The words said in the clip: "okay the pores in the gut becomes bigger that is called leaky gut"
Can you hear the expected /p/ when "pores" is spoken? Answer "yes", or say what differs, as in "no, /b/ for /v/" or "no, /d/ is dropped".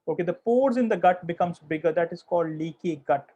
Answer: yes